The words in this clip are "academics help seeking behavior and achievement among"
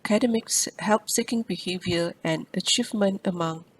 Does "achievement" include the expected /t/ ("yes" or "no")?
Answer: yes